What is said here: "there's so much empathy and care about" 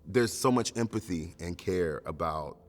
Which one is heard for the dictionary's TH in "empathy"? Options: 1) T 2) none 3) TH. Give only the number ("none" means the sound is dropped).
3